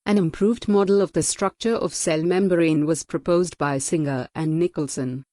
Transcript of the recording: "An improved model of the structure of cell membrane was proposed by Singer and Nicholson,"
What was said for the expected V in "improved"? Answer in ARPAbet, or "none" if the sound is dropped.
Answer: V